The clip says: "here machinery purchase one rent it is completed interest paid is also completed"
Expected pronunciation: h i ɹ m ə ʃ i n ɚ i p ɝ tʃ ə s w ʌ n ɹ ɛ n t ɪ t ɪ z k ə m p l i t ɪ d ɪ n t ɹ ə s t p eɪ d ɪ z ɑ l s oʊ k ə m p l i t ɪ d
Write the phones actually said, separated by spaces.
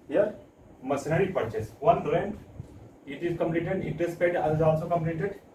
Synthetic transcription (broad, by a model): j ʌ ɹ m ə s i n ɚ i p ɝ tʃ ə s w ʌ n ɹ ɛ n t ɪ t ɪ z k ə m p l i t ɪ d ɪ t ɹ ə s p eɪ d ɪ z ɑ l s oʊ k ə m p l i t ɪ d